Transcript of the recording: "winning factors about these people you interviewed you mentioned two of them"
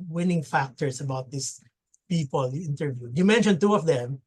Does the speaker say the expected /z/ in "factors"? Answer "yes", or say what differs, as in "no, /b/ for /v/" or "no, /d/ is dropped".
no, /s/ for /z/